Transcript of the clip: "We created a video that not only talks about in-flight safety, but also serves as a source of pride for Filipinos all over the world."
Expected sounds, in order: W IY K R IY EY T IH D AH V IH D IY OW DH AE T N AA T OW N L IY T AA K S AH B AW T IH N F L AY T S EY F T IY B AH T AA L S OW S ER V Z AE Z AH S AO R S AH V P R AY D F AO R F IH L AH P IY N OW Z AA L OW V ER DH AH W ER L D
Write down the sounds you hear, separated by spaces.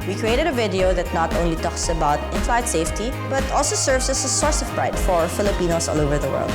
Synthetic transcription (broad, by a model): W IY K R IY EY T IH D AH V IH D IY OW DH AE T N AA T OW N L IY T AA K S AH B AW T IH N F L AY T S EY F T IY B AH T AA L S OW S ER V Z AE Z AH S AO R S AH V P R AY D F AO R F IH L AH P IY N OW S AA L OW V ER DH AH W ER L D